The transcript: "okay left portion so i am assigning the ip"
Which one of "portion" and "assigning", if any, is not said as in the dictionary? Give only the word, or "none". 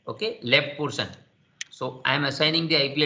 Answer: portion